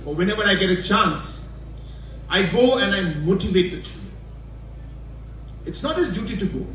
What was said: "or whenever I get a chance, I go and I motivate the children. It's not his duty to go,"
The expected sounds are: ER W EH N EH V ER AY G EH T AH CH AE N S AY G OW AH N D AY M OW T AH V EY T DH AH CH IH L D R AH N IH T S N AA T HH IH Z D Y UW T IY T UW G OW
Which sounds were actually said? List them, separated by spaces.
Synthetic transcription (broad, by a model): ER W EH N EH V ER AY G EH T AH CH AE N S AY G OW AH N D AY M OW T AH V EY T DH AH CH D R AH IH T S N AA T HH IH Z D Y UW T IY T UW G OW